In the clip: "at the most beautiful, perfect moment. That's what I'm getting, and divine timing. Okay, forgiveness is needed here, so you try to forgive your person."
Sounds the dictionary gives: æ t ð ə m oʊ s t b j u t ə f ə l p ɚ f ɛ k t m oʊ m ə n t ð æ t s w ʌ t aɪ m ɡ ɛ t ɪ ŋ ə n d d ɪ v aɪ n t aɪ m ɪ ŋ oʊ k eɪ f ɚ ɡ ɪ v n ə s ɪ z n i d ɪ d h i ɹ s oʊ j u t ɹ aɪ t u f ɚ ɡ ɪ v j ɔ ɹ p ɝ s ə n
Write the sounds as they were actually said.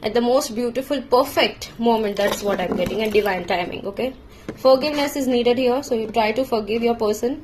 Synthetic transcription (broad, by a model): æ t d ə m oʊ s t b j u t ə f ə l p ɚ f ɛ k t m oʊ m ə n t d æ t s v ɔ t aɪ m ɡ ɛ t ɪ ŋ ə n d d ɪ v aɪ n t aɪ m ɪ ŋ oʊ k eɪ f ɚ ɡ ɪ v n ə s ɪ z n i d ɪ d h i ɹ s oʊ j u t ɹ aɪ t u f ɚ ɡ ɪ v j ɔ ɹ p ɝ s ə n